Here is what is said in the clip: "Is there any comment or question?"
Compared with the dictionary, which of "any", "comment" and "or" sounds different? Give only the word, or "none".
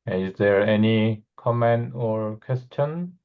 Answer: none